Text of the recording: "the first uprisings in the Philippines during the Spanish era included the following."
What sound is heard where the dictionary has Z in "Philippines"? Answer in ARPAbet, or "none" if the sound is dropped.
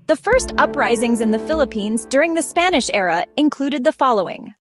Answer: Z